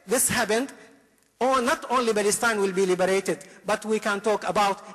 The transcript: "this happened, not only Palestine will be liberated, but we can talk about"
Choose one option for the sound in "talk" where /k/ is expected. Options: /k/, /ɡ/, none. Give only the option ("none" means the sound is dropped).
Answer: /k/